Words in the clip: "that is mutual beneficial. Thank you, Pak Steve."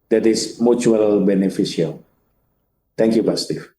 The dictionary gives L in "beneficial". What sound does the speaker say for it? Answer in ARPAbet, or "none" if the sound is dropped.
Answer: L